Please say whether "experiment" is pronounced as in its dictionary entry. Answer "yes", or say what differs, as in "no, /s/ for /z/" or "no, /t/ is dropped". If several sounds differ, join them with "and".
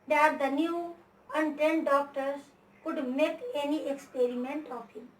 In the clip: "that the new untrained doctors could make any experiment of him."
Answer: yes